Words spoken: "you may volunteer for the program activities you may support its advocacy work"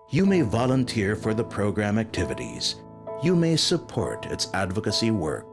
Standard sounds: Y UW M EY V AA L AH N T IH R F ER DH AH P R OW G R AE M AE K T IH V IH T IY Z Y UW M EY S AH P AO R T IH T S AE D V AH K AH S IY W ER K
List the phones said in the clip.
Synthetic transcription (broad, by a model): Y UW M EY V AA L AH N T IH R F ER DH AH P R OW G R AE M AE K T IH V IH T IY Z Y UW M EY S AH P AO R T IH T S AE D V AH K AH S IY W ER K